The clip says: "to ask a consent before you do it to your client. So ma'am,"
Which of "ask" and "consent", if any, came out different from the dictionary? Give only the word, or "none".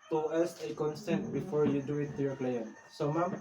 ask